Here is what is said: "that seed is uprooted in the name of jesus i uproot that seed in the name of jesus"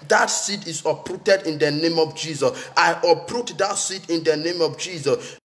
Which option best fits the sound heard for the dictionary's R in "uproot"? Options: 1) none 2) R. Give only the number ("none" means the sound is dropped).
2